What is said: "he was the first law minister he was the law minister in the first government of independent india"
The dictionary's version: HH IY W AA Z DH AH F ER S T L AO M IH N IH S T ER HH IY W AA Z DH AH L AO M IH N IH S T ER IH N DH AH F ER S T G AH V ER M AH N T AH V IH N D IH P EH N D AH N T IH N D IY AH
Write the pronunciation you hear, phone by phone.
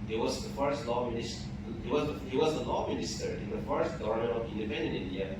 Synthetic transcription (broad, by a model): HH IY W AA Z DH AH F ER S T L AO M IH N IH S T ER HH IY W AA Z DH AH L AO M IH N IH S T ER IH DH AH F ER S T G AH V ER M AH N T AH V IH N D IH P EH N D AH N IH N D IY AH